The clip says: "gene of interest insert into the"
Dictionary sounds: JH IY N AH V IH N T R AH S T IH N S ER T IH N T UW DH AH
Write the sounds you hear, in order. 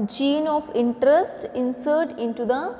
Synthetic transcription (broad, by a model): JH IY N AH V IH N T R AH S T IH N S ER T IH N T UW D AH